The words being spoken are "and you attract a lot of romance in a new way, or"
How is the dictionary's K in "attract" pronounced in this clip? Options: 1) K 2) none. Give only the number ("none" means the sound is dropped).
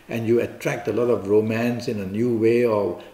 1